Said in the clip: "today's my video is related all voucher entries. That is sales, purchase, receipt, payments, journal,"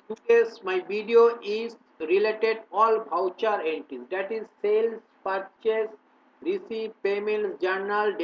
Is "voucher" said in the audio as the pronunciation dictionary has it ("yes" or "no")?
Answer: no